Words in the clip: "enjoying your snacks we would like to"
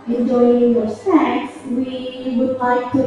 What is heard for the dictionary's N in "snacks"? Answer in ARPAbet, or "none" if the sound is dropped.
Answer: none